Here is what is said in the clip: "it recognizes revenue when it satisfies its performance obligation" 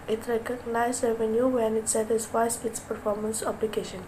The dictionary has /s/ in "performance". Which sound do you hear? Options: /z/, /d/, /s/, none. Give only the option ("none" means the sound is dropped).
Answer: /s/